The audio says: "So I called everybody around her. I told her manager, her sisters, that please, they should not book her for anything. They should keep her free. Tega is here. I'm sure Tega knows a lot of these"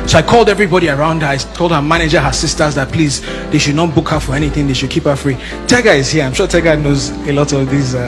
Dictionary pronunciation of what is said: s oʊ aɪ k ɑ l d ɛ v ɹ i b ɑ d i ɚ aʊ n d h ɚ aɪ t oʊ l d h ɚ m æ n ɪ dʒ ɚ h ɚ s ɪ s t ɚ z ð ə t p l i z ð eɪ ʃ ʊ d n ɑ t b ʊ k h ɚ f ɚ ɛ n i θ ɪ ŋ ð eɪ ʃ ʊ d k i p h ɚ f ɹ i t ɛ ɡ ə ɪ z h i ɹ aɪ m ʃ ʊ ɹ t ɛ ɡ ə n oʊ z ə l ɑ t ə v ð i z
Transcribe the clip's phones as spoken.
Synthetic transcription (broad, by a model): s oʊ aɪ k ɑ l d ɛ v ɹ i b ɑ d i ɚ aʊ n d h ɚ aɪ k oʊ l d h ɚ m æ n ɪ dʒ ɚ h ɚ s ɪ s t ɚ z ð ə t p l i z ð eɪ ʃ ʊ d n ɑ t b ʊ k h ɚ f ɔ ɛ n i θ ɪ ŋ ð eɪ ʃ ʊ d k i p h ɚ f ɹ i t ɛ ɡ ə ɪ z h i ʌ aɪ m ʃ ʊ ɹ t ɛ ɡ ə n oʊ z ə l ɑ t ə v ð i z